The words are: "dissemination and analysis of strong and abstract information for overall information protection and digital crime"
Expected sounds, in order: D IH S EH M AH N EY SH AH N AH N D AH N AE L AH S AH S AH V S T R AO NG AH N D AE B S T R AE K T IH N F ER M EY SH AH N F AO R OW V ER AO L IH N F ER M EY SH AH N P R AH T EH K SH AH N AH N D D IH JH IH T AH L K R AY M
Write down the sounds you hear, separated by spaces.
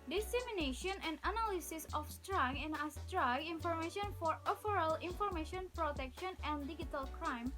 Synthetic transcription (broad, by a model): D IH S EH M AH N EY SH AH N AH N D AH N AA L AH S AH S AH F S T R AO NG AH N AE S T R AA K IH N F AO M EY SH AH N F AO R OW F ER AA L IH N F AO M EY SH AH N P R AH T EH K SH AH N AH N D D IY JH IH T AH L K R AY M